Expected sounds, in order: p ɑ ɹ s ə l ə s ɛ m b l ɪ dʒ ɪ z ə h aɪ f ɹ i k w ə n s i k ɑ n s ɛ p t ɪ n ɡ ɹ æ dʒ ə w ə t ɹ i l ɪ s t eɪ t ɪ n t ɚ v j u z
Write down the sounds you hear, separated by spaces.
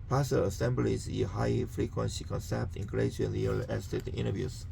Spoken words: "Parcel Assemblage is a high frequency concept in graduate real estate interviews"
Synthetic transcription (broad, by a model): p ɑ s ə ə s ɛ m b l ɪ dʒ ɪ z ə h aɪ f ɹ i k w ə n s i k ɑ n s ɛ p t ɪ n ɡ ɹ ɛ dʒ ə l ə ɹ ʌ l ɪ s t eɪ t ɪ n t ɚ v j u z